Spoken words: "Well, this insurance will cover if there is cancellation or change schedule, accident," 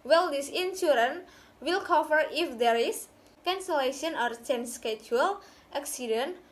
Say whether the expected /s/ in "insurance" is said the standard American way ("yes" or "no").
no